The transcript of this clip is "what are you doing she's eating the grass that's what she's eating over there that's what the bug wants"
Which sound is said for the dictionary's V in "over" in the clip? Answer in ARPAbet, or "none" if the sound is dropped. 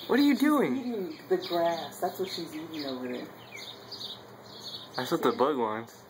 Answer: W